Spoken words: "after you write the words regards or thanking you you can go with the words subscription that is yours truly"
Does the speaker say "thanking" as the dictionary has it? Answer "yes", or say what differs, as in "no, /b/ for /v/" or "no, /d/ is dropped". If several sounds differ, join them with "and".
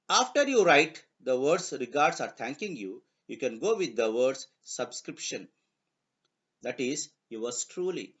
no, /t/ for /θ/